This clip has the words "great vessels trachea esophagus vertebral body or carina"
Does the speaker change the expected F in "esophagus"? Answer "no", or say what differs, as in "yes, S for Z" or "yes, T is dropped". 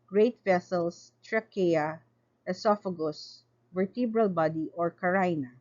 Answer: no